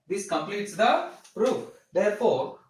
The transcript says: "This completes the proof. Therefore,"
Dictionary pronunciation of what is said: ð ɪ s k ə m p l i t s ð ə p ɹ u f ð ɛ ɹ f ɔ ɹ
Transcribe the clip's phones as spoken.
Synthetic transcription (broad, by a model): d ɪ s k ə m p l i t s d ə p ɹ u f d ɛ ɹ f ɔ ɹ